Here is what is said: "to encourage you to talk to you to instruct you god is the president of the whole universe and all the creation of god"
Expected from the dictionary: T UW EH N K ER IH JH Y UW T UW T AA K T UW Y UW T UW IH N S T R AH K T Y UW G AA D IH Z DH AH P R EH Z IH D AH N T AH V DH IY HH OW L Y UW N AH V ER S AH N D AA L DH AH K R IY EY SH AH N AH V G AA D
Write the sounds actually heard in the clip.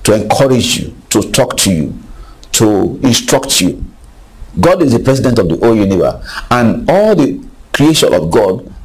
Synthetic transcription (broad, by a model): T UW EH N K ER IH JH Y UW T UW T AA K T UW Y UW T UW IH N S T R AH K T Y UW G AA D IH Z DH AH P R EH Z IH D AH N T AH V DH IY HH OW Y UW N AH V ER AH N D AA L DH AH K R IY EY SH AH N AH V G AA D